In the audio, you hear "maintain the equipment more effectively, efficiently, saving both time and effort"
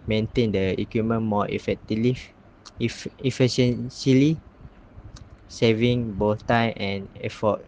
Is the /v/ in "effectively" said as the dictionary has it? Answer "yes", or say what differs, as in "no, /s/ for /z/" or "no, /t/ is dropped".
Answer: no, /v/ is dropped